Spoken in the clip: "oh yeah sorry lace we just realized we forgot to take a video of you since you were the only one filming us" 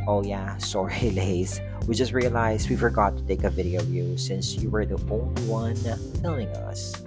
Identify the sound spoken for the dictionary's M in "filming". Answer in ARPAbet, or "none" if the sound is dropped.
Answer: none